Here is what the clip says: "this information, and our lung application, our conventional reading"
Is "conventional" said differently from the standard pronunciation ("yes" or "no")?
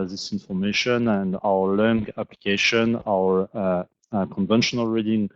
no